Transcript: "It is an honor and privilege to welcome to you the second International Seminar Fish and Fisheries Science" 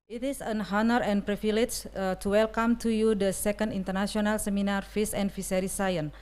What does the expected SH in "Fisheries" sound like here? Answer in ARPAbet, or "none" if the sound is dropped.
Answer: S